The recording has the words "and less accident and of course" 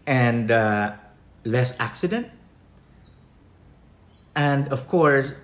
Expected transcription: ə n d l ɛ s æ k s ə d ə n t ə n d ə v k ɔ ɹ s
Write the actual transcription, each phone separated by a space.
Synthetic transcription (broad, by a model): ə n d l ɛ s æ k s ə d ə n t ə n d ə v k ɔ ɹ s